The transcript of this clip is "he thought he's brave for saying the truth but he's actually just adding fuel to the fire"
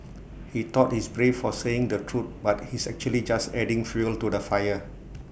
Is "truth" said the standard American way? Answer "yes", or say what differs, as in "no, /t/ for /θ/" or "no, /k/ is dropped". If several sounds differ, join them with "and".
no, /t/ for /θ/